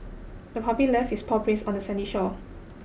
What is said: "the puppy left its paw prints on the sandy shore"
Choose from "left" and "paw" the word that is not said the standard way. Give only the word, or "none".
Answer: left